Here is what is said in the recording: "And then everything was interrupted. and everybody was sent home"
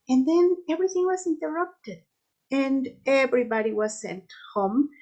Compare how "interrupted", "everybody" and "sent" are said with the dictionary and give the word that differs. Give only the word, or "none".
none